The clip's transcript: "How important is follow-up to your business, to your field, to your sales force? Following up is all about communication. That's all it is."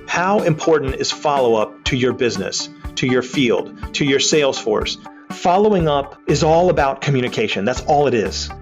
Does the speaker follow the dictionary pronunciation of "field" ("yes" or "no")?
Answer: yes